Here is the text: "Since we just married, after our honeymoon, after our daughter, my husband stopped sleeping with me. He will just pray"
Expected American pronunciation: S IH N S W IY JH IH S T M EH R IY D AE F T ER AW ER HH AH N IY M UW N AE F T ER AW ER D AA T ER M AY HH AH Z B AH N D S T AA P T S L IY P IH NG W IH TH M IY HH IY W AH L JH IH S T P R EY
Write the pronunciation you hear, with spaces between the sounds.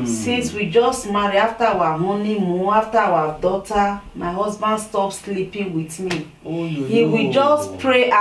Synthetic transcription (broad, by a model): S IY N S W IY JH IH S T M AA R IY AA F T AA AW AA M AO N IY M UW AA F T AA AW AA D AA T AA M AY HH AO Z B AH N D S T AA P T S L IY P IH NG W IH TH M IY HH IY W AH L JH IH S T P R EY